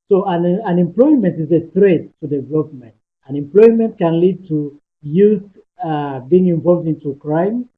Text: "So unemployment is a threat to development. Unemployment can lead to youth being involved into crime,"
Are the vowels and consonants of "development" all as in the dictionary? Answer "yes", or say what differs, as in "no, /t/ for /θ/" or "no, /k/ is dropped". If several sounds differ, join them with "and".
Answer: no, /p/ is dropped